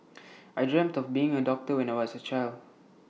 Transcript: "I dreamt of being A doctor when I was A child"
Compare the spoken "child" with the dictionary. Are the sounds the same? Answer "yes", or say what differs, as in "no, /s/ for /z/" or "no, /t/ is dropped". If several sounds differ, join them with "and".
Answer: yes